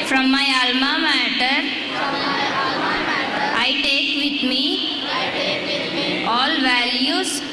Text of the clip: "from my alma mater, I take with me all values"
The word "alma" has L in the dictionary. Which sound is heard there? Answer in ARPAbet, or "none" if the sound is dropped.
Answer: L